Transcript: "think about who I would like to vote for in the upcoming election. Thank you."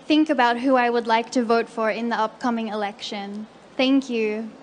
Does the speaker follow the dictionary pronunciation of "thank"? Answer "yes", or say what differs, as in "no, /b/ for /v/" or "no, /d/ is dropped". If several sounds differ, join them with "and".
yes